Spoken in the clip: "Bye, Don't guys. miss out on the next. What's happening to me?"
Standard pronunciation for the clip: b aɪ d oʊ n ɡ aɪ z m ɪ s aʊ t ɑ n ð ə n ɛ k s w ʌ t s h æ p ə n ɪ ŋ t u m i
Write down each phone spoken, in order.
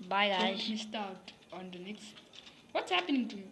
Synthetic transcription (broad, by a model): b aɪ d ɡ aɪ m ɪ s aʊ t ɑ n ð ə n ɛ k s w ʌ t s h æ p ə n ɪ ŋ t u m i